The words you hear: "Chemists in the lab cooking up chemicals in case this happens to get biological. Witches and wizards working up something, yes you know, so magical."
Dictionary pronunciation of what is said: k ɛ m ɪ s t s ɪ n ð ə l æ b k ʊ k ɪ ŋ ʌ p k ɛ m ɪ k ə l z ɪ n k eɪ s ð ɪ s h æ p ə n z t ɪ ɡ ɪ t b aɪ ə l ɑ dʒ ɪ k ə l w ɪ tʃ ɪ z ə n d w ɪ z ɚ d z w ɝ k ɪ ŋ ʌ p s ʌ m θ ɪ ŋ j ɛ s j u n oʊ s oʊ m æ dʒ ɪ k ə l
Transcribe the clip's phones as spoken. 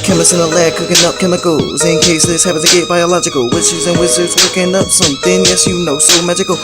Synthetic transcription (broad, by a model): k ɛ m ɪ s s ɪ n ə l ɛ k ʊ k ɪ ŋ ʌ p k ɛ m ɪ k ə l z ɪ n k eɪ s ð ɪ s h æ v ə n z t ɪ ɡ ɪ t b aɪ ə l ɑ dʒ ɪ k ə l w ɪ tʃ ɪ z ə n w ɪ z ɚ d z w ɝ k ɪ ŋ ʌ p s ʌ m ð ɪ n j ɛ s j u n oʊ s oʊ m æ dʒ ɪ k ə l